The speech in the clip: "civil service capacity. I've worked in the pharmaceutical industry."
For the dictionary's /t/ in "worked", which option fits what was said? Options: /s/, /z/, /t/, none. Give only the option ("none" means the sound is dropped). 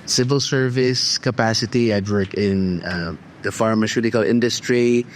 none